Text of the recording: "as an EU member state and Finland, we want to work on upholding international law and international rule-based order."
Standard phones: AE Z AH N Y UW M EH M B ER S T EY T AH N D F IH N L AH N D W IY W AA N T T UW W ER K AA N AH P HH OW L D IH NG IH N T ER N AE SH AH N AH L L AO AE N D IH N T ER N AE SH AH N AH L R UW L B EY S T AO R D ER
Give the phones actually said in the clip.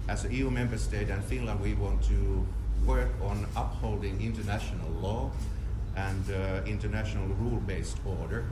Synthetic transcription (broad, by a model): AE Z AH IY Y UW M EH M B ER S T EY T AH N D F IH N L AH N D W IY W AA N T T UW W ER K AA N AH P HH OW L D IH NG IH N T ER N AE SH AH N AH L L AO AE N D IH N T ER N AE SH AH N AH L R UW L B EY S T AO R D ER